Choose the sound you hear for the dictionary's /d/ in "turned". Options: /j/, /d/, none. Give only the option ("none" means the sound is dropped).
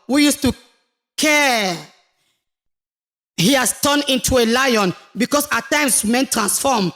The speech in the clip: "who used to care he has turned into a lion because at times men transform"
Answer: none